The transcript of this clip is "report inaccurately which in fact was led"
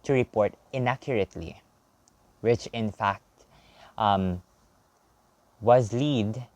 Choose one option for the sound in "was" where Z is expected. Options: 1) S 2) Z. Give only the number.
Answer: 2